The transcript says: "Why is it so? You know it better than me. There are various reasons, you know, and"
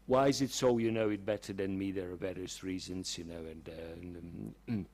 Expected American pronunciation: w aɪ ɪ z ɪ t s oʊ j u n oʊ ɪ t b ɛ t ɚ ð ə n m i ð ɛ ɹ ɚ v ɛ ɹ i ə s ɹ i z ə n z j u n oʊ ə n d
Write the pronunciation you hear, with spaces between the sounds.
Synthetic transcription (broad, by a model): w aɪ ɪ z ɪ t s oʊ j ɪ n oʊ ɪ t b ɛ t ɚ ð ə n m i ð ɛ ɹ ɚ b ɛ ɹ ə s ɹ i z ə n z j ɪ n oʊ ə n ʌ